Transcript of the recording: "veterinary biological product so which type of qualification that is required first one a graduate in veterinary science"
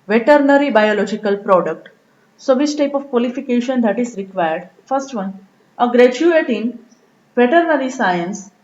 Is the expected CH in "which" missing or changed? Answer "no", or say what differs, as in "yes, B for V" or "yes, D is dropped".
yes, S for CH